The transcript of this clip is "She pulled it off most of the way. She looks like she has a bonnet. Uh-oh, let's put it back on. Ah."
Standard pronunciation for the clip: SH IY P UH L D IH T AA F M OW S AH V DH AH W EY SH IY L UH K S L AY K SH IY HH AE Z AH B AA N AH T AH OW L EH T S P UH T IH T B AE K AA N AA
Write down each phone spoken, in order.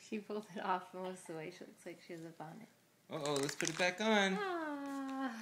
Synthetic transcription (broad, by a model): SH IY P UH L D IH T AA F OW AH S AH W EY SH IY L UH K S L AY K SH IY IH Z AH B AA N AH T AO OW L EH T S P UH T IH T B AE K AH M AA